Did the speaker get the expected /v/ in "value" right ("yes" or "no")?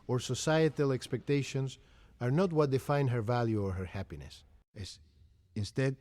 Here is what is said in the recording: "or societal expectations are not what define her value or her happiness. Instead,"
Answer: yes